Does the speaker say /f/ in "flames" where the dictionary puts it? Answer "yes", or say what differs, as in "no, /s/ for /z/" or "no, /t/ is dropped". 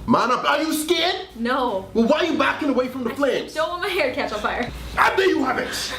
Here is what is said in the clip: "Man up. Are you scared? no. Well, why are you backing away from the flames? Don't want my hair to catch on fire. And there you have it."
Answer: no, /p/ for /f/